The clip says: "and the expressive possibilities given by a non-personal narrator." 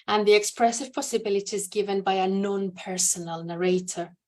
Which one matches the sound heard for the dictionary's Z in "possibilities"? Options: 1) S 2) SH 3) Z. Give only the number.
3